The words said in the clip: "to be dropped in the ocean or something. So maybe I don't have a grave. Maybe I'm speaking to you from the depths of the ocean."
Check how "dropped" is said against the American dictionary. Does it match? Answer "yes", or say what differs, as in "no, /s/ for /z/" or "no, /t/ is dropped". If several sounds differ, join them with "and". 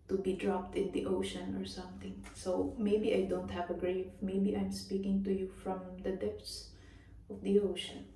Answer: yes